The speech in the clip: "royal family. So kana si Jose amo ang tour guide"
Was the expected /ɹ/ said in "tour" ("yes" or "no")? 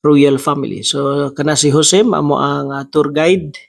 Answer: yes